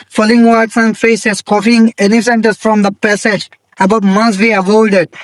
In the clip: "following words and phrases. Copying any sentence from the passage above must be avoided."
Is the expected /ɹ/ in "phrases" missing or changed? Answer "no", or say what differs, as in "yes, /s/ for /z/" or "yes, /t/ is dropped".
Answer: yes, /ɹ/ is dropped